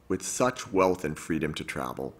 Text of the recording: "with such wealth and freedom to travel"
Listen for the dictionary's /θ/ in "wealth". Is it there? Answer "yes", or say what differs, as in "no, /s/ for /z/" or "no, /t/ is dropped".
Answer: yes